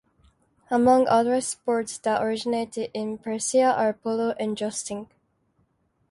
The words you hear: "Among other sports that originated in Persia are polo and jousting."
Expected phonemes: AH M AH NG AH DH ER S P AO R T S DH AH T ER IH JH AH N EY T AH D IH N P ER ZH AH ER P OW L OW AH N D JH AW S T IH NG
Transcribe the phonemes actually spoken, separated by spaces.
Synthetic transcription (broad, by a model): AH M AH NG AH DH ER S P AO R T S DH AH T ER IH JH AH N EY T AH D IH N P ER S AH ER P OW L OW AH N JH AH S T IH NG